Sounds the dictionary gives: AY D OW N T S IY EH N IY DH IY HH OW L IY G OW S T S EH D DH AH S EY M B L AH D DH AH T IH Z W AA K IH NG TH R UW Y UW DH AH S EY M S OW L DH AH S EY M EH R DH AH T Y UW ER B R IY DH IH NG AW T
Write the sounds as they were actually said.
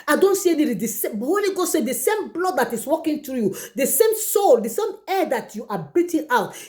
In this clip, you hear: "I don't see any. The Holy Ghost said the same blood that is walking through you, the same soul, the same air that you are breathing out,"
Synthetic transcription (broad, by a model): AY D OW N T S IY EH N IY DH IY HH OW L IY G OW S S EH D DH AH S EY M B L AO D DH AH T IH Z W AA K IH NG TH R UW Y UW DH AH S EY M S OW L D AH S EY M EH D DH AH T Y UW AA B IY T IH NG AW T